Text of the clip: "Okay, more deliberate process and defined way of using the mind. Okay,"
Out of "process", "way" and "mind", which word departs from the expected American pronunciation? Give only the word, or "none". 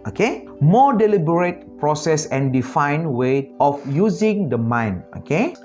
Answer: mind